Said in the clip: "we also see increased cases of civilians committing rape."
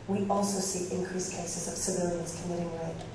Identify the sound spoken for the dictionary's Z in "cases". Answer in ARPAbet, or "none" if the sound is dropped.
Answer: Z